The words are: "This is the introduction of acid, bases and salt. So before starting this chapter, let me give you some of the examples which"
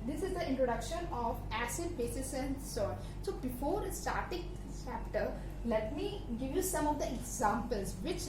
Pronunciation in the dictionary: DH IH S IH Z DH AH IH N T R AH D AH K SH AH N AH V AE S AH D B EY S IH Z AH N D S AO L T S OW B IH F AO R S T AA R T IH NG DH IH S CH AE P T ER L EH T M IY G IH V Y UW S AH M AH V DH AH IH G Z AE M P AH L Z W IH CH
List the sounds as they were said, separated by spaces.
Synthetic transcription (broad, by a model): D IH S IH Z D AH IH N T R AH D AH K SH AH N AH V AE S AH D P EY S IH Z AH N D S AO T S OW B IH F AO R S T AA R T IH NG CH AE P T ER L EH T M IY G IH V Y UW S AH M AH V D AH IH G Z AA M P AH L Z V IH CH